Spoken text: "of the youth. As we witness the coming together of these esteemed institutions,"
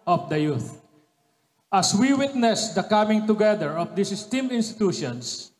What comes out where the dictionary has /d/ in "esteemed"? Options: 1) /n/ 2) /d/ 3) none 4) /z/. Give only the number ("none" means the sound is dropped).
3